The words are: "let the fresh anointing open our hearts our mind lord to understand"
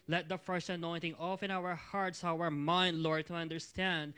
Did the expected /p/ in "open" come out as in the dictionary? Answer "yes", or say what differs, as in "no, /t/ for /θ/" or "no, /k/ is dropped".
no, /f/ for /p/